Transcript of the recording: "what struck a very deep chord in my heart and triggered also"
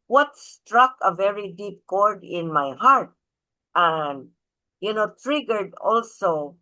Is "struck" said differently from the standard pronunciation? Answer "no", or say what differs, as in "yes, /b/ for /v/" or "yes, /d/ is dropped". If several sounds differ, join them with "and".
no